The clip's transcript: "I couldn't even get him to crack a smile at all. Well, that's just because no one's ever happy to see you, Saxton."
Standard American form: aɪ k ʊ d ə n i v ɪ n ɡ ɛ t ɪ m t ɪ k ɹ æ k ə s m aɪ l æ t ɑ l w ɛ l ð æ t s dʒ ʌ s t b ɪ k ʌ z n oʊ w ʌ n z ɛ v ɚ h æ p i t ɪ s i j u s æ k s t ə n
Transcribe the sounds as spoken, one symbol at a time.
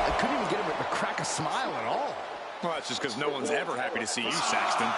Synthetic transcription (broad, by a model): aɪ k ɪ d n i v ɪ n ɡ ɛ t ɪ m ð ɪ k ɹ æ k ə s m aɪ l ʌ t ɑ l w ɛ l ð æ t s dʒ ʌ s k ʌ z n oʊ w ʌ n z ɛ v ɚ h æ p i t ɪ s i j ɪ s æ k s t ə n